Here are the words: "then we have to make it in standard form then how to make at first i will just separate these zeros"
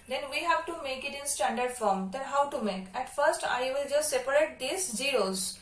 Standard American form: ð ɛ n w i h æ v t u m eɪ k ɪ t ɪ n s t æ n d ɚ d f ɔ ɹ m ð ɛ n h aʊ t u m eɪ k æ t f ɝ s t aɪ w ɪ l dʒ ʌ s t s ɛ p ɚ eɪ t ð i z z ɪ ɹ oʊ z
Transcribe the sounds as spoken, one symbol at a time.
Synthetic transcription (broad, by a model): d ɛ n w i h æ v t u m eɪ k ɪ t ɪ n s t æ n d ɚ d f ɔ ɹ m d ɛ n h aʊ t u m eɪ k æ t f ɝ s t aɪ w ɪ l dʒ ʌ s t s ɛ p ɚ eɪ t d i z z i ɹ oʊ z